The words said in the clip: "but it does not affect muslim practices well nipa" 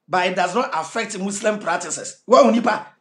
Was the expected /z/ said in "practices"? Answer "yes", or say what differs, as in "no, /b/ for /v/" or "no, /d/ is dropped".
no, /s/ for /z/